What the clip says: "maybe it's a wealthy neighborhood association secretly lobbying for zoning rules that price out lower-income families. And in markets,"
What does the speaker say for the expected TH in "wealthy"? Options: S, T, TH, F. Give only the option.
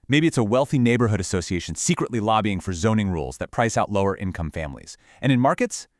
TH